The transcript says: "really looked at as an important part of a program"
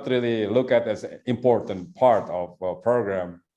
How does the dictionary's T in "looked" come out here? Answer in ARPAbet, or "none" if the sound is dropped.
none